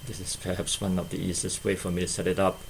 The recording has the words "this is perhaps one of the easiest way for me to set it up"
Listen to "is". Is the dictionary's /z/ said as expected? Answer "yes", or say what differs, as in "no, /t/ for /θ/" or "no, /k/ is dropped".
no, /s/ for /z/